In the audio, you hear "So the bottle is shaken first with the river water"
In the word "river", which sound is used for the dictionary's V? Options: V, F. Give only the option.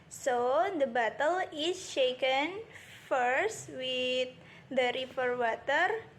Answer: F